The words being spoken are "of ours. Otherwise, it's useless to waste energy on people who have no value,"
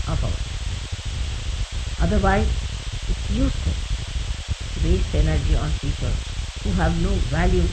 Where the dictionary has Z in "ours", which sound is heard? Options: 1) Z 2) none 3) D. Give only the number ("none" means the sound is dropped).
2